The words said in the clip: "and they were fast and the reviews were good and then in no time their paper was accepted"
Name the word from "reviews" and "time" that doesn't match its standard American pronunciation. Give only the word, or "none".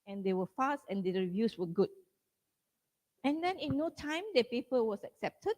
reviews